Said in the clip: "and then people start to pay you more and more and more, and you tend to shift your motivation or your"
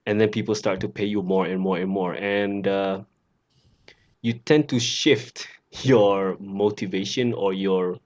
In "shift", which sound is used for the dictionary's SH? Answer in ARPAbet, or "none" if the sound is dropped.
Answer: SH